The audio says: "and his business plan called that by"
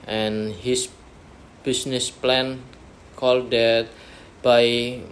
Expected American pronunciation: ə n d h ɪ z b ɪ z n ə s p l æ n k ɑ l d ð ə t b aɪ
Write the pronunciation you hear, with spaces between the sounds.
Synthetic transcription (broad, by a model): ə n h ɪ s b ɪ s n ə s p l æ n k ɑ l d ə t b aɪ